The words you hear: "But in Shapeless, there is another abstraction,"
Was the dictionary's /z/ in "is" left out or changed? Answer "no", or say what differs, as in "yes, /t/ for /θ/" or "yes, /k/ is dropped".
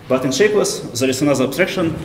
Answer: yes, /s/ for /z/